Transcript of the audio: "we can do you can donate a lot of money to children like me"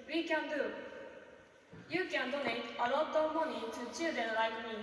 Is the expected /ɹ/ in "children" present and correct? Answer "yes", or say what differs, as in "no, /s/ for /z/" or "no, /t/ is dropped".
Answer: no, /ɹ/ is dropped